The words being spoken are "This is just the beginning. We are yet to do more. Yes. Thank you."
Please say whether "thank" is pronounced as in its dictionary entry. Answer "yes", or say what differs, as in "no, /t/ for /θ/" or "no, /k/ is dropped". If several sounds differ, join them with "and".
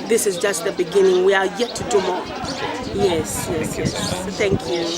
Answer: yes